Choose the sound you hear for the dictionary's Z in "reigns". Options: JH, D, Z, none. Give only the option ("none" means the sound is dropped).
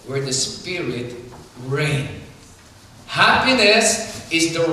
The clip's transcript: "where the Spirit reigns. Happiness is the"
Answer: none